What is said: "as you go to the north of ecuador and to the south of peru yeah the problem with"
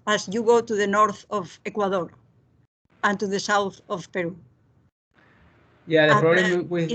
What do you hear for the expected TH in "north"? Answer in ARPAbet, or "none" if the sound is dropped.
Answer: TH